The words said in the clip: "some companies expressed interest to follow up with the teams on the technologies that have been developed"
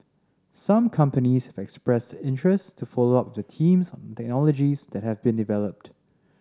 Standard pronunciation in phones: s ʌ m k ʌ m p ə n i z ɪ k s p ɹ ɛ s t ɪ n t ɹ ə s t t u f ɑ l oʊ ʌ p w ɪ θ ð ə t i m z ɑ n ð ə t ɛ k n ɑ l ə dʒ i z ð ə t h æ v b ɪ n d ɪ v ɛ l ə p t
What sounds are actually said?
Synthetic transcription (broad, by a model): s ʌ m k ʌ m p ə n i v ɪ k s p ɹ ɛ s t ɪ n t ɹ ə s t t u f ɑ l oʊ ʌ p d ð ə t i m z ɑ n t ɛ k n ɑ l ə dʒ i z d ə t h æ v b ɪ n d ɪ v ɛ l ə p t